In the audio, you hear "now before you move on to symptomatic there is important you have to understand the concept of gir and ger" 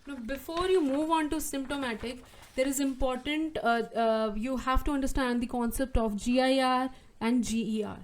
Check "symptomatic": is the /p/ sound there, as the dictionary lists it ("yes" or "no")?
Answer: yes